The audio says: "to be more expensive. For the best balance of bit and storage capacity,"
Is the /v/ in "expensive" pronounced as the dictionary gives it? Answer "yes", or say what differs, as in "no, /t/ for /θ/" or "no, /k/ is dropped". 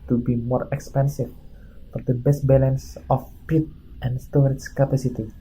no, /f/ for /v/